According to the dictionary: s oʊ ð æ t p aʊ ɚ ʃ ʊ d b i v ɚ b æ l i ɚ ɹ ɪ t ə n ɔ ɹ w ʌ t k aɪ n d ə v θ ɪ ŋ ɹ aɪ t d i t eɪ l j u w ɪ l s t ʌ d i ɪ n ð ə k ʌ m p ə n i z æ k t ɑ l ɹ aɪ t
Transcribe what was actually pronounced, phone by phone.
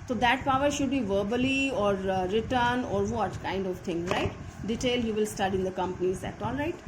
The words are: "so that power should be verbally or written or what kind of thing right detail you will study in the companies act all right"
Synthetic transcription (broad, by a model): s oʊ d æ t p aʊ ɚ ʃ ʊ d b i v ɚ b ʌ l i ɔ ɹ ɪ t ə n ɔ ɹ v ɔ t k aɪ n d ə v t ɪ ŋ ɹ aɪ t d i t eɪ l j u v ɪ l s t ʌ d i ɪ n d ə k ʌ m p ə n i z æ t ɑ l ɹ aɪ t